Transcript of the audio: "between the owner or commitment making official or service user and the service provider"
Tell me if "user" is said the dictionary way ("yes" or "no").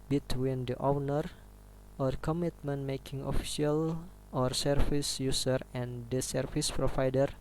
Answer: no